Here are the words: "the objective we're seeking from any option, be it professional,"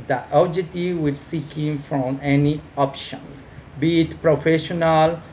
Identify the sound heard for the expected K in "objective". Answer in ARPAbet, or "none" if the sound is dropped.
none